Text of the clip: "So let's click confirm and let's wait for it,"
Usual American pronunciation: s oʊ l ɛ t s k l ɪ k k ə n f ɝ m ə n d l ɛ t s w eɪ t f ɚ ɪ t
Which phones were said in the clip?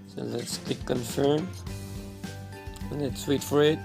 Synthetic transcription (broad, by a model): s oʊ l ɛ t s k ɪ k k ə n f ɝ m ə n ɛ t s w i t f ɚ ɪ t